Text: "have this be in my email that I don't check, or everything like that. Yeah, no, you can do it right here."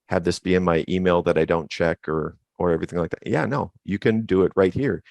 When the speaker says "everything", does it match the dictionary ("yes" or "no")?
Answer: yes